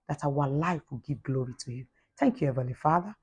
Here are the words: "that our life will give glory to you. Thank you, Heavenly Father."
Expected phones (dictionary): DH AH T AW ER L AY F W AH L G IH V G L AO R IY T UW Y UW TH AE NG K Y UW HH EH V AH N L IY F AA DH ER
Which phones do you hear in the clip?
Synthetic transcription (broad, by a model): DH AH T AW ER L AY F W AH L G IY V G L AO R IY T UW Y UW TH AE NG K Y UW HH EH V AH L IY F AA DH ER